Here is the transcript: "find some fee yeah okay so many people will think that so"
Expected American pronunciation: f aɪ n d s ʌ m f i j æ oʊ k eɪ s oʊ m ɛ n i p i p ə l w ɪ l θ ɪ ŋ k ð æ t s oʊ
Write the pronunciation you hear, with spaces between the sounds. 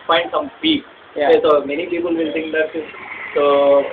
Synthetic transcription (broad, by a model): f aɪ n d s ʌ m p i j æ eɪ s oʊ m ɛ n i p i p ə l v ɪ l t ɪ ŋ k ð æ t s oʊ